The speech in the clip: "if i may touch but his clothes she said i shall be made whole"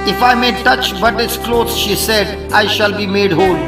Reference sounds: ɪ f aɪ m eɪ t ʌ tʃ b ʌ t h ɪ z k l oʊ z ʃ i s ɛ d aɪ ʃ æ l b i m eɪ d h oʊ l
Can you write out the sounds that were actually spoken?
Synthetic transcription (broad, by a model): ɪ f aɪ m eɪ t ʌ tʃ b ʌ t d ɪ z k l oʊ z ʃ i s ɛ d aɪ ʃ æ l b i m eɪ d h oʊ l